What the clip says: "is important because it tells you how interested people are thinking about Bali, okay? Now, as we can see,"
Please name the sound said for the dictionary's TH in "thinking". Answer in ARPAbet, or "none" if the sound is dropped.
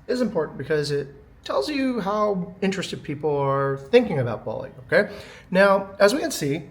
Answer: TH